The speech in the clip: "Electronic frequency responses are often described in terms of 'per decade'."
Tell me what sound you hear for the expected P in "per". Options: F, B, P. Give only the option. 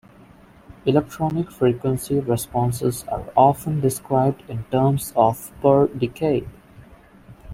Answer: P